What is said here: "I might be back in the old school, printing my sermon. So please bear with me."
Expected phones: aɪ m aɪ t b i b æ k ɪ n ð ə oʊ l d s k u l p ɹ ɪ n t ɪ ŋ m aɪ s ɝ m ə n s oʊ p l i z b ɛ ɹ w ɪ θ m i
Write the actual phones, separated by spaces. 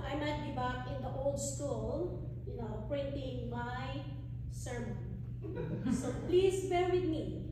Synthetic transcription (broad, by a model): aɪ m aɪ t b i b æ k ɪ n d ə oʊ l d s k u l p ɹ ɪ n t ɪ ŋ m aɪ s ɝ m ə n s oʊ p l i s b ɛ ɹ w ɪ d m i